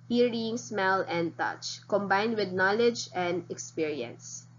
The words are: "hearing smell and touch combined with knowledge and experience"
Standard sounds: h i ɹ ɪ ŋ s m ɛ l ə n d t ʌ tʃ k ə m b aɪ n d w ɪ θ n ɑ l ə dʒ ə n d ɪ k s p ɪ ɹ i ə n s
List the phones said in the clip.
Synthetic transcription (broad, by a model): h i ɹ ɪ ŋ s m ɛ l ə n d t ʌ tʃ k ə m b aɪ n d w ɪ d n ɑ l ə dʒ ə n d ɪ k s p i ɹ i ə n s